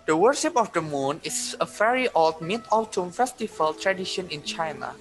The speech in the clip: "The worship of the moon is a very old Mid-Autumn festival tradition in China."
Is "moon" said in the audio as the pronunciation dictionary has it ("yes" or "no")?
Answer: yes